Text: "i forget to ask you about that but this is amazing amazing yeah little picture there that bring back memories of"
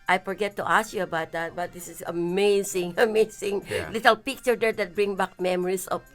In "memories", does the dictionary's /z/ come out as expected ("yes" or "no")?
no